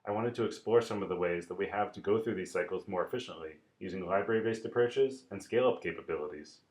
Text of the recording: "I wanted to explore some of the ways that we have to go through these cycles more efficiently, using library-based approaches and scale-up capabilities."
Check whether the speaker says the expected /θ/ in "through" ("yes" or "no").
yes